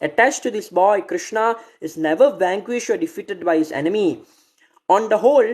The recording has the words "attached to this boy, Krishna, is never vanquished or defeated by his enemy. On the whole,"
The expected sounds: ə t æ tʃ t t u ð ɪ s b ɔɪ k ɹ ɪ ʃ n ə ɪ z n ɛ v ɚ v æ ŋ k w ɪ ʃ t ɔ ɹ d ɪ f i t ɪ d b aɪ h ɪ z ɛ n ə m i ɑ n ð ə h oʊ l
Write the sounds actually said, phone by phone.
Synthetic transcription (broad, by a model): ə t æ tʃ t t u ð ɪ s b ɔɪ k ɹ ɪ ʃ n ə ɪ z n ɛ v ɚ v æ ŋ k w ɪ ʃ t ɔ ɹ d ɪ f i t ɪ d b aɪ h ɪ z ɛ n ə m i ɑ n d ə h oʊ l